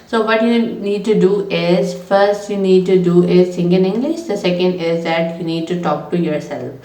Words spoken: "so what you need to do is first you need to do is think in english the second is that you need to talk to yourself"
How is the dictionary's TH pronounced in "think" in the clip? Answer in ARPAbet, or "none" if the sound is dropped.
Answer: S